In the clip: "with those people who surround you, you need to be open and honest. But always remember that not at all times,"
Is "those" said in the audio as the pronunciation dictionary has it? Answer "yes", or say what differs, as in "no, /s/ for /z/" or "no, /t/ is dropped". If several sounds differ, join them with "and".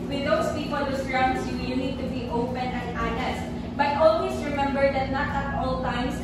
no, /s/ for /z/